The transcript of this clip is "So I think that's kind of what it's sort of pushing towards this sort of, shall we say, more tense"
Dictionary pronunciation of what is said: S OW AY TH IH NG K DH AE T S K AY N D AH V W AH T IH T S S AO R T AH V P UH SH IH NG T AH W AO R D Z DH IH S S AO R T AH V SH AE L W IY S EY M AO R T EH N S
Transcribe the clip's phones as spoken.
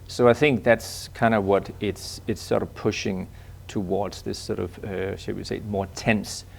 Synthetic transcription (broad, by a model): S OW AY TH IH NG K DH AE T S K AY N D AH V W AH T IH T S S AO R T AH V P UH SH IH NG T AH W AO R D Z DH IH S S AO R T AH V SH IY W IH S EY M AO R T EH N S